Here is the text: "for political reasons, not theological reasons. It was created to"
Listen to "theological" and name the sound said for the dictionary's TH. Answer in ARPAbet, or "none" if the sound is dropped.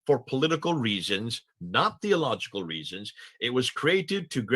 TH